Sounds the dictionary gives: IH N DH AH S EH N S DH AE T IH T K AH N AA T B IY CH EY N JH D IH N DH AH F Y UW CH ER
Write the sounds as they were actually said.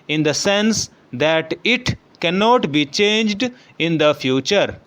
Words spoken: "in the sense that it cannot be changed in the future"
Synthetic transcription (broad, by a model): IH N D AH S EH N S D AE T IH T K AH N AA T B IY CH EY N JH D IH N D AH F Y UW CH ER